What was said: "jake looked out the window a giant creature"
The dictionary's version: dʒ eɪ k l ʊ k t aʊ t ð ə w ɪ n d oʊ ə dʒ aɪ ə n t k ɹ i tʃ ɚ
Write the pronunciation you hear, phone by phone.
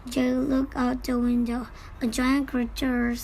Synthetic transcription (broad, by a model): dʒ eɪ l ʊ k aʊ t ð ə w ɪ n d oʊ ə dʒ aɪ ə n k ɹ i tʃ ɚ